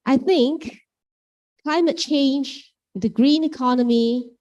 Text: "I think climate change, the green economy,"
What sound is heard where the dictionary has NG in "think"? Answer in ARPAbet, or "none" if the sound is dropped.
NG